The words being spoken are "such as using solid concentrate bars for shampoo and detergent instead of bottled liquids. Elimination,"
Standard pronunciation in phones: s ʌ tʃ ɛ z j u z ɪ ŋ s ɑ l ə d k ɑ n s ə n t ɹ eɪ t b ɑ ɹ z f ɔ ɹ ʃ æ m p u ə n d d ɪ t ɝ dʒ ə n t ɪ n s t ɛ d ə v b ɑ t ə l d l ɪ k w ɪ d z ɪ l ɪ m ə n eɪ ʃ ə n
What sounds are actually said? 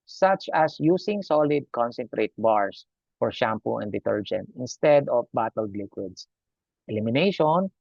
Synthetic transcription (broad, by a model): s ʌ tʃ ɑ s j u s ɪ ŋ s ɑ l ə d k ɑ n s ə n t ɹ eɪ t b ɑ ɹ s f ɔ ɹ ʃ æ m p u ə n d d ɪ t ɝ dʒ ə n t ɪ n s t ɛ d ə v b ɑ t ə l d l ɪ k w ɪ d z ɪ l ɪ m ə n eɪ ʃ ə n